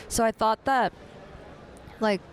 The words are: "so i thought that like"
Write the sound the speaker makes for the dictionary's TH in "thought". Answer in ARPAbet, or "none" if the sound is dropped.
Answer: TH